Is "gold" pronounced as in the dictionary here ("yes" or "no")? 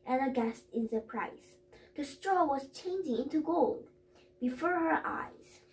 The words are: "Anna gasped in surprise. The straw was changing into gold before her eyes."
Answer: yes